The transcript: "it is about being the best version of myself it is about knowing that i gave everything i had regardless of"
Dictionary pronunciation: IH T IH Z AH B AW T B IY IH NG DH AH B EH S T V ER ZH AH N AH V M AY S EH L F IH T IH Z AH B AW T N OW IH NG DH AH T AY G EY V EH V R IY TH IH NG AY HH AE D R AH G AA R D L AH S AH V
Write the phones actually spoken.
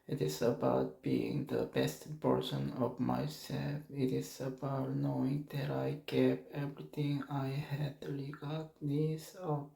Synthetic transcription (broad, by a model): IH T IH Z AH B AW T B IY IH NG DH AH B EH S T P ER SH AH N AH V M AY S EH L F IH T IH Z AH B AW T N OW IH NG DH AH T AY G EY P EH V R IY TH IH NG AY HH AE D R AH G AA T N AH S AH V